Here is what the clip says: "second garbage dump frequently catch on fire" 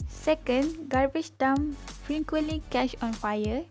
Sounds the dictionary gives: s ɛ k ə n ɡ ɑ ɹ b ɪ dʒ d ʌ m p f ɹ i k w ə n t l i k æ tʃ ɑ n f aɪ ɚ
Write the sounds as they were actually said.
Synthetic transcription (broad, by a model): s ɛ k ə n ɡ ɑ ɹ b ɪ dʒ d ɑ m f ɹ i k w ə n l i k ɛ ʃ ɑ n f aɪ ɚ